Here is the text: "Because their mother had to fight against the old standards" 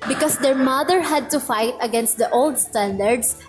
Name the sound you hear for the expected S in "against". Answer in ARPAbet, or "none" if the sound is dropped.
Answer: S